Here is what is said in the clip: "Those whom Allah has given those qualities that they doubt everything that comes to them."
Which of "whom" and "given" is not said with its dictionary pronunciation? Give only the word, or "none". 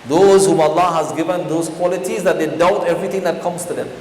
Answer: none